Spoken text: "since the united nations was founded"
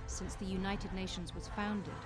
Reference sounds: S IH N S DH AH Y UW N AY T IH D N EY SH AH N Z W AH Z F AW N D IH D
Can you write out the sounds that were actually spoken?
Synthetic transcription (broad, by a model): S IH N S DH AH Y UW N AY T IH D N EY SH AH N Z W AH Z F AW N D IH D